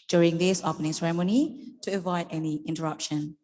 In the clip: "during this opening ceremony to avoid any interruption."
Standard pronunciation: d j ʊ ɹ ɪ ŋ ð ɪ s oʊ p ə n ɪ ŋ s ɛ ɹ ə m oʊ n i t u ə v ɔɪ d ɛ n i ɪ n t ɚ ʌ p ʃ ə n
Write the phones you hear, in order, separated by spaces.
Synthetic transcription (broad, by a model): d j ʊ ɹ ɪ ŋ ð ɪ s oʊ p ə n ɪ s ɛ ɹ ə m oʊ n i t u ə v ɔɪ d ɛ n i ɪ n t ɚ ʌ p ʃ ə n